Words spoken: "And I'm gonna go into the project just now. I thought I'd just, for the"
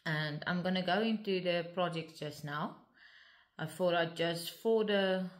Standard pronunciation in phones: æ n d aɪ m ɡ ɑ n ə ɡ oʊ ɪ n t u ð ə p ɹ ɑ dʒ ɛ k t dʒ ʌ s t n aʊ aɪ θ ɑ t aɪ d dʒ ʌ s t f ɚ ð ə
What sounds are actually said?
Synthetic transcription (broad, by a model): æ n d aɪ m ɡ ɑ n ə ɡ oʊ ɪ n t u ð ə p ɹ ɑ dʒ ɛ k t dʒ ʌ s t n aʊ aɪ f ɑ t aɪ dʒ ʌ s t f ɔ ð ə